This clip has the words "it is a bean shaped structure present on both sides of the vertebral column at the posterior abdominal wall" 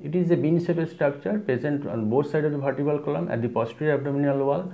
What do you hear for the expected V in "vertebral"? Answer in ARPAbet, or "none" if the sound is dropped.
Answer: B